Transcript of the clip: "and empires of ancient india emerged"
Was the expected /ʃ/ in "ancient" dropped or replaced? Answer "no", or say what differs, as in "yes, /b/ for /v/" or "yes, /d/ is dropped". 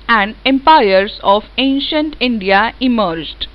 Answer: no